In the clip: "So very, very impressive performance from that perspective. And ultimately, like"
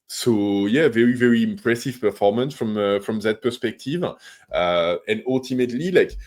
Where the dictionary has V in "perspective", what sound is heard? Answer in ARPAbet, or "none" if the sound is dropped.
V